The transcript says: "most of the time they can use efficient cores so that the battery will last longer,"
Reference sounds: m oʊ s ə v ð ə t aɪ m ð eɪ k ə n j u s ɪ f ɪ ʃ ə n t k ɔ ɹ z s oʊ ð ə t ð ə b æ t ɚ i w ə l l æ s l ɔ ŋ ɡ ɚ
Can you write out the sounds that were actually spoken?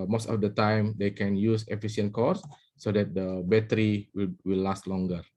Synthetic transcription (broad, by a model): m oʊ s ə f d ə t aɪ m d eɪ k ə n j u s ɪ f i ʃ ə n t k ɔ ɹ s oʊ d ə t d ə b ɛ t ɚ i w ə w l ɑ s l ɔ ŋ ɡ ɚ